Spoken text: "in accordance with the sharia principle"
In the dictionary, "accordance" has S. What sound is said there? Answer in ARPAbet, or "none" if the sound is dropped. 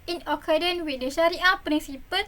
none